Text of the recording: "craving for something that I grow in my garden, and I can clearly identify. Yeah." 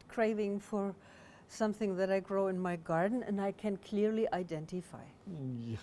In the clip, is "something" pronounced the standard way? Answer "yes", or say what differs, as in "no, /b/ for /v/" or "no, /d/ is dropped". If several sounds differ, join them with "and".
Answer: yes